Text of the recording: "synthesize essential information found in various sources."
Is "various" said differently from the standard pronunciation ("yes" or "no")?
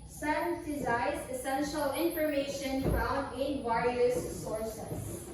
yes